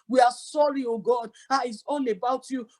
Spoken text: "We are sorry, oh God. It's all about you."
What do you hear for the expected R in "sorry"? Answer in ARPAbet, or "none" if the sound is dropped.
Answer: R